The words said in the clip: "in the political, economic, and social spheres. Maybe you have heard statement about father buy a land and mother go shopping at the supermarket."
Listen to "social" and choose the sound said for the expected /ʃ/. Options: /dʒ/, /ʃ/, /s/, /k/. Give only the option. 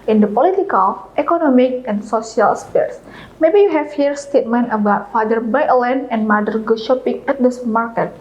/s/